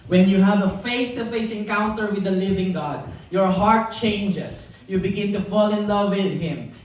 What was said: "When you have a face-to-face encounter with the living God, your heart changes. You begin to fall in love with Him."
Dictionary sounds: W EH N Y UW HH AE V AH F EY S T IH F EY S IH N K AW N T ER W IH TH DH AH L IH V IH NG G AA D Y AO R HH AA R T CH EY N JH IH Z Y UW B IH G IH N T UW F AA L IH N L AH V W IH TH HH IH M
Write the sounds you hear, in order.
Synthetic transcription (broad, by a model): W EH N Y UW HH AE V AH F EY S T IH F EY S IH N K AW N T ER W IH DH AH L IH V IH NG G AA D Y AO R HH AA R T CH EY N JH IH S Y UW B IH G IH N T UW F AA L IH N L AH V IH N HH IH M